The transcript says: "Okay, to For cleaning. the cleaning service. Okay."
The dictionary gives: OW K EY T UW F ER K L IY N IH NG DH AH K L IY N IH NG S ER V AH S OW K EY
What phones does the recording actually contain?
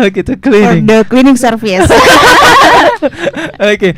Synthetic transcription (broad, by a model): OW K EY T UW K L IY N IH NG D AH K L IY N IH NG S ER F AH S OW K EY